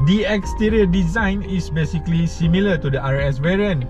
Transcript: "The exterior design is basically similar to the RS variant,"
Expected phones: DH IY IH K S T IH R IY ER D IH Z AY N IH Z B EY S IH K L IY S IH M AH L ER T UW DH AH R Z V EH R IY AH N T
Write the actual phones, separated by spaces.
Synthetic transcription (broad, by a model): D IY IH K S T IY R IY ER D IH Z AY N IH S B EY S IH K L IY S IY M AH L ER T UW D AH R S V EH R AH N